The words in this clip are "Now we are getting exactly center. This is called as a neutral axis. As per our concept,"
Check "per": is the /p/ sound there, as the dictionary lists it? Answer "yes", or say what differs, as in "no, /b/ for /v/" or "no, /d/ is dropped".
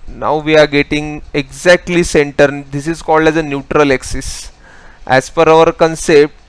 no, /f/ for /p/